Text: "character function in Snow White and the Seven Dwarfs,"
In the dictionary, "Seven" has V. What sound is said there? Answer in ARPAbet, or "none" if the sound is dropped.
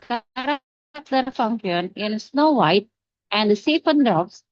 F